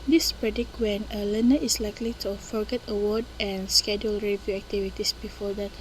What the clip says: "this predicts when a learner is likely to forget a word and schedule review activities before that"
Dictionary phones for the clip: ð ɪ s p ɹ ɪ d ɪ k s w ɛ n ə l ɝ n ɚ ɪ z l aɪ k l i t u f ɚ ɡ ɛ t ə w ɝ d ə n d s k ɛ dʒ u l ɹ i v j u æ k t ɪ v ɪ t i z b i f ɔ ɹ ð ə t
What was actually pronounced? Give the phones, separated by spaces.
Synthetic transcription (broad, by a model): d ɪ s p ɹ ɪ d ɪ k w ɛ n ə l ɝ n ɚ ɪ s l aɪ k l i t u f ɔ ɡ ɛ t ə w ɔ d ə n s k ɛ dʒ u l ɹ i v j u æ k t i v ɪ t i s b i f ɔ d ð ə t